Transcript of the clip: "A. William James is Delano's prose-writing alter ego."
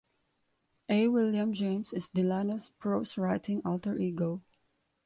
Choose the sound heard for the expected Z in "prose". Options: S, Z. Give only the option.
S